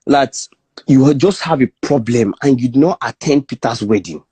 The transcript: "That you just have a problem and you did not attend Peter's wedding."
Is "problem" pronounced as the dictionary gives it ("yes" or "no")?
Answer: yes